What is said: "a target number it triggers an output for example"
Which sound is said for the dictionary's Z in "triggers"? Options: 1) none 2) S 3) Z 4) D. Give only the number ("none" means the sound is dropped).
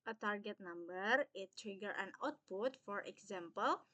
1